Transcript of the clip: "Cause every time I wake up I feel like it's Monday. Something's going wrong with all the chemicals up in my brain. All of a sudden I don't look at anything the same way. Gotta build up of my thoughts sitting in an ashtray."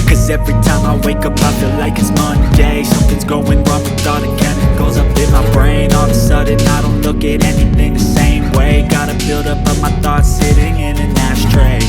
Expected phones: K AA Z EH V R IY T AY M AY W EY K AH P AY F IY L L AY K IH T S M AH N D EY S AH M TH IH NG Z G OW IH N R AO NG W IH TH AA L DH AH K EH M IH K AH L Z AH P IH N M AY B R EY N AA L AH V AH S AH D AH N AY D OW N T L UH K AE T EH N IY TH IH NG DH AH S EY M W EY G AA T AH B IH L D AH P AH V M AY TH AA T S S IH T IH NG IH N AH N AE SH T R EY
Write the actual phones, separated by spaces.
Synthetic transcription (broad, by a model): K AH Z EH V R IY T AY M AY W EY K AH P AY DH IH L L AY K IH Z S M AH N D EY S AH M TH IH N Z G OW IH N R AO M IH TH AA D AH K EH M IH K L Z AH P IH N M AY B R EY N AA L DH AH S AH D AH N AY D OW N T L UH K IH T EH N IY TH IH NG DH AH S EY M W EY G AA T AH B IH L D AH P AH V M AY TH AA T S S IH T IH NG IH N AH N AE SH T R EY